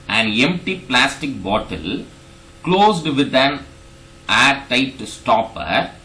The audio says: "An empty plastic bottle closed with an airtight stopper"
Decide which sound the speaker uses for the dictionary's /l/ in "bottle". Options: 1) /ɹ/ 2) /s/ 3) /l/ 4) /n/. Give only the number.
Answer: 3